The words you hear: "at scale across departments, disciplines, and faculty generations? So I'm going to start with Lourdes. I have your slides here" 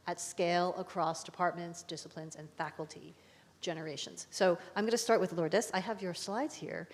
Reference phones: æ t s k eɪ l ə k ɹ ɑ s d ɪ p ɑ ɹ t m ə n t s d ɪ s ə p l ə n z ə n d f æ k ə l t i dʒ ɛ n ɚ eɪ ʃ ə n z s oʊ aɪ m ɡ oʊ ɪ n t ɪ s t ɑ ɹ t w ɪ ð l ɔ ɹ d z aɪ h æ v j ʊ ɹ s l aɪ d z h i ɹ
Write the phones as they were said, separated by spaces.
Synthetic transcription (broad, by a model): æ t s k eɪ l ə k ɹ ɑ s d ɪ p ɑ ɹ t m ə n t s d ɪ s ə p l ə n z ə n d f æ k l t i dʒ ɛ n ɚ eɪ ʃ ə n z s oʊ aɪ m ɡ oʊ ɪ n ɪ s t ɑ ɹ t w ɪ ð l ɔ ɹ d s aɪ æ v j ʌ ɹ s l aɪ d z h i ɹ